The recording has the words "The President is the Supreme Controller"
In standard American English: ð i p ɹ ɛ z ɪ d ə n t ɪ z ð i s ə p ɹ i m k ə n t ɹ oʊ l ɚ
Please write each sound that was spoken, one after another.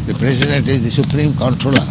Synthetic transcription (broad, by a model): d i p ɹ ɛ s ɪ d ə n t ɪ z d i s ə p ɹ i m k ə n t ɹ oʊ l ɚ